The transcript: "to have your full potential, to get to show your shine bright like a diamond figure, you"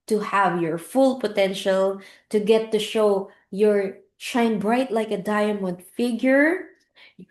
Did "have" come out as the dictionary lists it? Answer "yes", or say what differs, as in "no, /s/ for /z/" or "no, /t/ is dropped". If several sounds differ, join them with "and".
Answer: yes